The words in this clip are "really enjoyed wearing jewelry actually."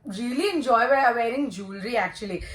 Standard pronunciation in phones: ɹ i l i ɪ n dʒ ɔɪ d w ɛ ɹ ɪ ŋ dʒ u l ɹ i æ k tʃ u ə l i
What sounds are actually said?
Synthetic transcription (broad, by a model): ɹ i l i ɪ n dʒ ɔɪ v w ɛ ɹ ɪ ŋ dʒ u l ɹ i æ k tʃ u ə l i